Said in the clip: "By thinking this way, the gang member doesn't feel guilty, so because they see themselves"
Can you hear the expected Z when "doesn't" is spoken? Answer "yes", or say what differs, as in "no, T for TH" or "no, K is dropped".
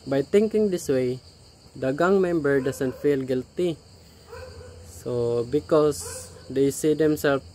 no, S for Z